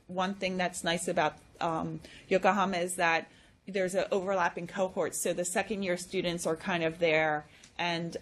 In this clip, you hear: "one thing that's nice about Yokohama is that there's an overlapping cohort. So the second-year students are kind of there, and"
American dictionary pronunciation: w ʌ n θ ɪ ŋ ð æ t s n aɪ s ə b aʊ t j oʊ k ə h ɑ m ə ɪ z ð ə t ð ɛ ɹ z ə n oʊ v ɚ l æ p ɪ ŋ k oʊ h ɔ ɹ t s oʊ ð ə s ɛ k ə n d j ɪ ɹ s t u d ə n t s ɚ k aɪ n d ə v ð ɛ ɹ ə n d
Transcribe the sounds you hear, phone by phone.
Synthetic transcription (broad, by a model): w ʌ n θ ɪ ŋ ð æ t s n aɪ s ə b aʊ t j oʊ k ə h ɑ m ə ɪ z ð ə t ð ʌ ɹ z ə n oʊ v ɚ l æ p ɪ ŋ k oʊ h ɔ ɹ t s oʊ ð ə s ɛ k ə n d j ɪ ɹ s t u d n t s ɚ k aɪ n d ə v ð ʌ ɹ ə n